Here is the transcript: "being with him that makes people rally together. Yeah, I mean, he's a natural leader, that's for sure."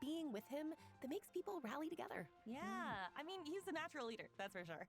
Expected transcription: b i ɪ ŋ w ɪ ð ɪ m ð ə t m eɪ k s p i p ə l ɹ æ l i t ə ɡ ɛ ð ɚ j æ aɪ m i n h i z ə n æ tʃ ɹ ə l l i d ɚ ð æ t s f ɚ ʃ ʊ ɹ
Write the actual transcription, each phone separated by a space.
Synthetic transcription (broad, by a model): i ɪ ŋ w ɪ ð ɪ m ð ə t m eɪ k s p i p l ɹ æ l i t ə ɡ ɛ ð ɚ j æ aɪ m i n h i z ə n æ tʃ ɹ l l i d ɚ ð æ t s f ɚ ʃ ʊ ɹ